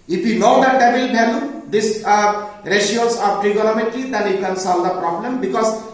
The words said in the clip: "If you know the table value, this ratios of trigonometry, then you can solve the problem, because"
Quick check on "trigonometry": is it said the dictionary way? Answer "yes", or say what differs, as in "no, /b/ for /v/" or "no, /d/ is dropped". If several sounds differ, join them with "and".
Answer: no, /l/ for /n/ and /l/ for /ɹ/